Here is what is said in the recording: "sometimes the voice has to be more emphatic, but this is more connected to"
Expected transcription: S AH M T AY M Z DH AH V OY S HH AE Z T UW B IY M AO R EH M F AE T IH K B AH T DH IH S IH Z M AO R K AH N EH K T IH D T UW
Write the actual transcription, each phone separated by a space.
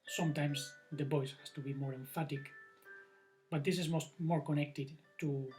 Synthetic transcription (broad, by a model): S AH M T AY M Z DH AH B OY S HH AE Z T UW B IY M AO R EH M F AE T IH K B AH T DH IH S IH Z M AO R K AH N EH K T IH D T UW